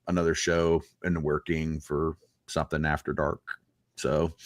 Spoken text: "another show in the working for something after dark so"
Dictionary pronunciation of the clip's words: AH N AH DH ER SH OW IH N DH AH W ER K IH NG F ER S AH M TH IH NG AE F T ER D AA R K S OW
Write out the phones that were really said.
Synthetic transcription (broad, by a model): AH N AH DH ER SH OW IH N DH AH W ER K IH NG F ER S AH M TH IH NG AE F T ER D AA R K S OW